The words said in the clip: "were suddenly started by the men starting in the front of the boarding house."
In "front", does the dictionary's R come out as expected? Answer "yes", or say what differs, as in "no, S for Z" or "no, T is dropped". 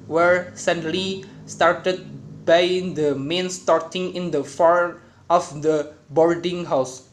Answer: no, R is dropped